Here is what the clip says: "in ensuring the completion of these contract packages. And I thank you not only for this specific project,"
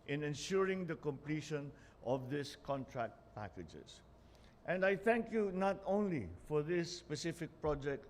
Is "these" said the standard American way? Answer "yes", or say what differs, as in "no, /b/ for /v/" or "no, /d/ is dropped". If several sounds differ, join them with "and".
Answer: no, /s/ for /z/